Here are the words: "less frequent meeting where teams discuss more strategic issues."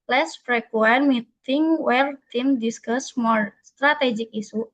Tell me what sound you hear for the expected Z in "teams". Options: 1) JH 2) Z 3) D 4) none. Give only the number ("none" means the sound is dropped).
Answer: 4